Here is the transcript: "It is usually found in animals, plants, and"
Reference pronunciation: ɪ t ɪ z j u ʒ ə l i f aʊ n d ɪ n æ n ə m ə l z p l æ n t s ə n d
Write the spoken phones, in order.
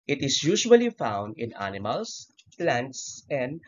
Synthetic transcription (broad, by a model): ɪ t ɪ s j u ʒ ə l i f aʊ n d ɪ n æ n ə m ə l s p l æ n t s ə n d